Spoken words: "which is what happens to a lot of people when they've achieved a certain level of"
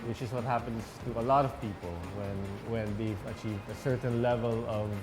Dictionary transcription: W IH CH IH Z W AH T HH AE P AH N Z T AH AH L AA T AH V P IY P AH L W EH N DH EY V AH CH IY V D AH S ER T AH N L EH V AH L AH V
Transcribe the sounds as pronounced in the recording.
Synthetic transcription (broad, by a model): W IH CH IH Z W AH T HH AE P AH N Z T AH AH L AA T AH V P IY P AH N W EH N DH EY V AH CH IY V D AH S ER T N L EH V AH L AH V